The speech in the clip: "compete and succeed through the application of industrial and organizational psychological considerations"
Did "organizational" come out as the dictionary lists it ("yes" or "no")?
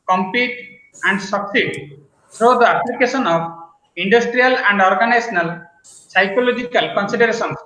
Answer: no